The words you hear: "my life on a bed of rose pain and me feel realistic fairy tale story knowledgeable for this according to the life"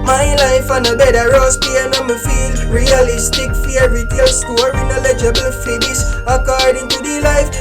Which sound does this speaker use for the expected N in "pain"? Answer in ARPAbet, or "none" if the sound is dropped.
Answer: none